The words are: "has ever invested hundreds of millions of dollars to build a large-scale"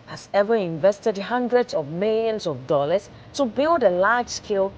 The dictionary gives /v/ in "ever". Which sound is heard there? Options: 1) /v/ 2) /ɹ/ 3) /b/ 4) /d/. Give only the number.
1